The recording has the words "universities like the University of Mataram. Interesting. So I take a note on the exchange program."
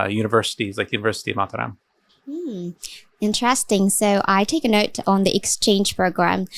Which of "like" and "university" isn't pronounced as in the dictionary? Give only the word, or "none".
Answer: none